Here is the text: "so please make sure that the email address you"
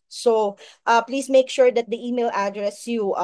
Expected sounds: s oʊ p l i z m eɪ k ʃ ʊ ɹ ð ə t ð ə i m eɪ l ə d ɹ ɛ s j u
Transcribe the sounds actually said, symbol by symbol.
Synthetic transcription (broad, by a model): s oʊ p l i s m eɪ k ʃ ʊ ɹ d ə t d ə i m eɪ l ə d ɹ ɛ s j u